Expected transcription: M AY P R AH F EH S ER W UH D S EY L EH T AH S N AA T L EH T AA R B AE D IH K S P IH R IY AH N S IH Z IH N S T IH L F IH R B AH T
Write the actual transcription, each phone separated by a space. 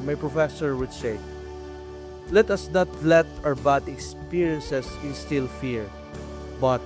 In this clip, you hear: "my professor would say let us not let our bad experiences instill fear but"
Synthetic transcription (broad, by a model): M AY P R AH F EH S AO W UH D S EY L EH T AH S N AA T L EH T AA R B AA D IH K S P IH R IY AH N S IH S IH N S T IH L F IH R B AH T